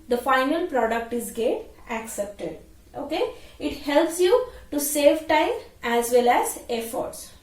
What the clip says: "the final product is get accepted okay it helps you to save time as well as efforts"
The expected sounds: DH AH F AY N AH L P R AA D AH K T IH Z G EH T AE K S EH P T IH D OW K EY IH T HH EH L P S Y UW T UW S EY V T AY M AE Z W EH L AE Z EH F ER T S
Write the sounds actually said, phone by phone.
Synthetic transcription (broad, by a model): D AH F AY N AH L P R AA D AH K T IH Z G EH T AE K S EH P T IH D OW K EY IH T HH EH L P S Y UW T UW S EY V T AY M AE Z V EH L AE Z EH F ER T S